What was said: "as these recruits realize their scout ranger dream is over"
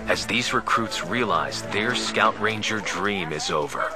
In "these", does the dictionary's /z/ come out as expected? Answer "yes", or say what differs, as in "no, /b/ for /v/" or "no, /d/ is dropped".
yes